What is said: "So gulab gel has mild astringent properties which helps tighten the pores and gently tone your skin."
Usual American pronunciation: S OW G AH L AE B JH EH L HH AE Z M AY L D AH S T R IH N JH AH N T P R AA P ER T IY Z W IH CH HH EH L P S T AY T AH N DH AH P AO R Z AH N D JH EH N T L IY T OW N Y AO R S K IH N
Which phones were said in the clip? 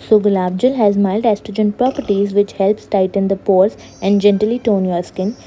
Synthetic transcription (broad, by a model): S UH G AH L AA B JH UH L HH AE Z M AY L D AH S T IH JH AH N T P R AA P ER T IY Z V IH CH HH EH L P S T AY T AH N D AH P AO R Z AH N D JH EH N T L IY T OW N Y AO R S K IH N